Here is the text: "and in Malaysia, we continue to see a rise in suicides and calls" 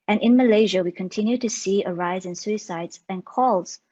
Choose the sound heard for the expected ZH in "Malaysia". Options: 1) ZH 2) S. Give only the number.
1